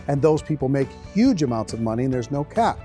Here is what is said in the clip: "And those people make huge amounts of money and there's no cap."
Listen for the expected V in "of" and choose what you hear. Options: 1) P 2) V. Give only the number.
2